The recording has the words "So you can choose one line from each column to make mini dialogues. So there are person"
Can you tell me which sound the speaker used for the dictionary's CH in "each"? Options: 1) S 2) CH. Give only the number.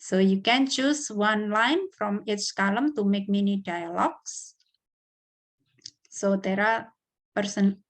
1